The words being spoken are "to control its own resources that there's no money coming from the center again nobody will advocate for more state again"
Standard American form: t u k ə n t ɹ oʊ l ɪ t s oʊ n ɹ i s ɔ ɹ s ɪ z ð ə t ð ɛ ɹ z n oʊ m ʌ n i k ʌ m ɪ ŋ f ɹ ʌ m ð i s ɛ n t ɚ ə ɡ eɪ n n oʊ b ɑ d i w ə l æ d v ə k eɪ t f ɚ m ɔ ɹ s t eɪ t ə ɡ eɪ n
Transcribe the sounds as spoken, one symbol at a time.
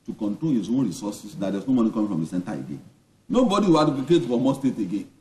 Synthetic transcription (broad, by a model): t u k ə n t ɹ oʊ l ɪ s oʊ n ɹ i s ɔ s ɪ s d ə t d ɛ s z n oʊ m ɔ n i k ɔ m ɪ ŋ f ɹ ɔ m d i s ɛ n t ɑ ə ɡ eɪ n n oʊ b ɑ d i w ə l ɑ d p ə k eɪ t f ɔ m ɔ s t eɪ t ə ɡ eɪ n